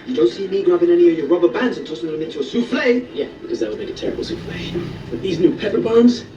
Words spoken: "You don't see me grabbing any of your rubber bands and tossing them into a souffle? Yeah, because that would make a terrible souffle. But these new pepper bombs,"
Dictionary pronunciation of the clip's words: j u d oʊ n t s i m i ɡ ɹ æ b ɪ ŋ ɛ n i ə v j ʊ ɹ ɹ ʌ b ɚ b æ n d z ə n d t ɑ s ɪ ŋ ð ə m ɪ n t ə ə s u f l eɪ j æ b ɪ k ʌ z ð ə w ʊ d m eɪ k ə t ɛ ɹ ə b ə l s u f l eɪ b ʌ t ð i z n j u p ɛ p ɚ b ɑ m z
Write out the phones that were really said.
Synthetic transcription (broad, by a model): j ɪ d oʊ n t s i m i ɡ ɹ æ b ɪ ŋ ɛ n i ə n j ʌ ɹ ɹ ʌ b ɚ b æ n d z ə n t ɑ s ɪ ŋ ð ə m ɪ n t ə ə s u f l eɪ j æ b ɪ k ʌ z ð ə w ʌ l m eɪ k ə t ɛ ɹ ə b l s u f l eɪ b ʌ t ð i z n j u p ɛ p ɚ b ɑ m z